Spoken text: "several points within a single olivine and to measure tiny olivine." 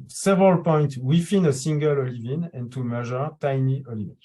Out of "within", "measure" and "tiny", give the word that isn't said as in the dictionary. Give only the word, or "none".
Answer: within